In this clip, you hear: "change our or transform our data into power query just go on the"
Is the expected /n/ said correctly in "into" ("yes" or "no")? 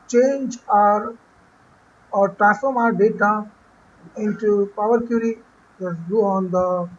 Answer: yes